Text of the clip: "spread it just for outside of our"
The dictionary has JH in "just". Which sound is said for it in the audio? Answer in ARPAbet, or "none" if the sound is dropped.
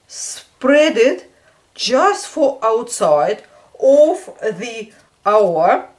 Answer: JH